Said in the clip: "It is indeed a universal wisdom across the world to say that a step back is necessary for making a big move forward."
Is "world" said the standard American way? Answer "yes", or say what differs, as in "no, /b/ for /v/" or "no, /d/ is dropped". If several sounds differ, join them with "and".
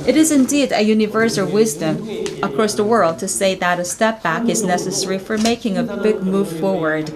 yes